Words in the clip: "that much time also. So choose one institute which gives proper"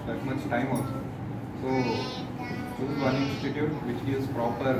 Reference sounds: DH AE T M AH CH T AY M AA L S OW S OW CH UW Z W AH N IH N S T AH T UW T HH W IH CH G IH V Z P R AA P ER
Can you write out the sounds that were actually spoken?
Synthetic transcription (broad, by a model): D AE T M AH CH T AY M AA L S OW S OW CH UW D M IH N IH S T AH T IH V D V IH CH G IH Z P R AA P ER